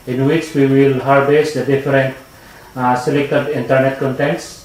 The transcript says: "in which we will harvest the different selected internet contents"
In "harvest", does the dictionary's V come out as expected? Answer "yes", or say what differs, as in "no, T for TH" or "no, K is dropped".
no, B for V